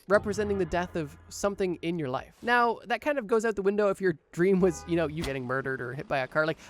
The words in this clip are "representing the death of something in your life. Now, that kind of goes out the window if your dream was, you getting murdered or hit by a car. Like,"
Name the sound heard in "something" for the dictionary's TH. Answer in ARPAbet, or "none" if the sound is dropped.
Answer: TH